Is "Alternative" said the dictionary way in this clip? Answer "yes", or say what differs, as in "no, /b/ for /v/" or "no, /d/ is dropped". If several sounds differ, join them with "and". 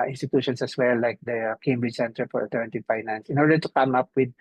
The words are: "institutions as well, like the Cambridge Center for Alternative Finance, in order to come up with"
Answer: no, /l/ is dropped